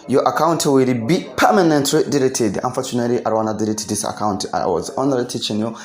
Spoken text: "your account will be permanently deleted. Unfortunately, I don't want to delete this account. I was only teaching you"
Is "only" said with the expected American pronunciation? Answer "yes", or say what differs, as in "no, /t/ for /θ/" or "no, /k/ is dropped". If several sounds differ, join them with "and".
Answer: no, /l/ is dropped